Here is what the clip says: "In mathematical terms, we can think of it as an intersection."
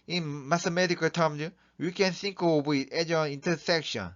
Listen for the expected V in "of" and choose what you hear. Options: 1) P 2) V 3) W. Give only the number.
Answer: 3